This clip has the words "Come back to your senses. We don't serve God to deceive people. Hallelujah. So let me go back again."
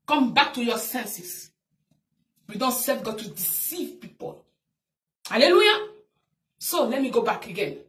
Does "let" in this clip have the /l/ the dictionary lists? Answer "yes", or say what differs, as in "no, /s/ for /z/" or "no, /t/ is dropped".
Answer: yes